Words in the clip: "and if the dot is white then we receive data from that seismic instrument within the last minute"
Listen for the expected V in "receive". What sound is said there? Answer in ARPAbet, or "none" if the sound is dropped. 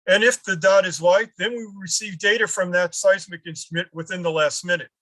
V